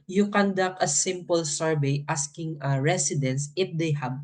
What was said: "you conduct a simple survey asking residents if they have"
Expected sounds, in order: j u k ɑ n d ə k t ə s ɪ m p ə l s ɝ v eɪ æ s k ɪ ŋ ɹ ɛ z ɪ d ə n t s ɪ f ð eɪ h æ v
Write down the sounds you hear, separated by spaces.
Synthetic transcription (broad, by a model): j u k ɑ n d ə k ə s ɪ m p ə l s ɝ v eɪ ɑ s k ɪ ŋ ɹ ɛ s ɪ d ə n s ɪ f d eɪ h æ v